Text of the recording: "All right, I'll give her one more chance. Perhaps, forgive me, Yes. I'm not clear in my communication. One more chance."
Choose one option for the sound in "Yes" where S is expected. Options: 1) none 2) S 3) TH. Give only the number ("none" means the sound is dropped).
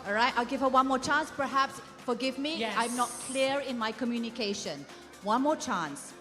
1